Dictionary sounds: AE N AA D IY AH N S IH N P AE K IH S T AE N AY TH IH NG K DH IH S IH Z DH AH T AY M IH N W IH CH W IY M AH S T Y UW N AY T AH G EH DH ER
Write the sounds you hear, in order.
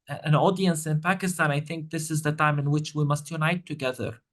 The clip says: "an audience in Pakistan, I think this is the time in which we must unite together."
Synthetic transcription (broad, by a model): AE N AA D IY AH N S IH N P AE K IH S T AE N AY TH IH NG K DH IH S IH Z DH AH T AY M IH N W IH CH W IY M AH S T Y UW N AY T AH G EH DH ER